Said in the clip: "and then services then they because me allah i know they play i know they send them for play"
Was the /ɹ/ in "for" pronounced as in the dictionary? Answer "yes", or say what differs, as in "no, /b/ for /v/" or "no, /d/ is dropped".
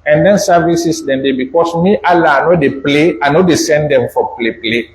no, /l/ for /ɹ/